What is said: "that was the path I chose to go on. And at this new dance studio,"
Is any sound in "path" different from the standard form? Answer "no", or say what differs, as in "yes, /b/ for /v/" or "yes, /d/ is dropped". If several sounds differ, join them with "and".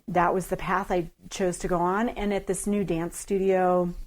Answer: no